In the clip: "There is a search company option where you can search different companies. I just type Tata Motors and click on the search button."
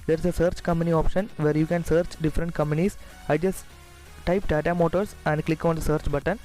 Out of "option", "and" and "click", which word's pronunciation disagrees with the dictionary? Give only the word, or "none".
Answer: none